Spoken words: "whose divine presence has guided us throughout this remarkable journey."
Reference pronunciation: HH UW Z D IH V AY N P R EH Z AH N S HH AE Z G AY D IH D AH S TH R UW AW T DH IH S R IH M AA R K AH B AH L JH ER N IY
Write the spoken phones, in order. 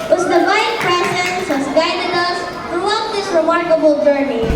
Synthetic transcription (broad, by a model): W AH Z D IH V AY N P R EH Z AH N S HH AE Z G AY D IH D AH S T R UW AW T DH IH S R IH M AA R K AH B AH L JH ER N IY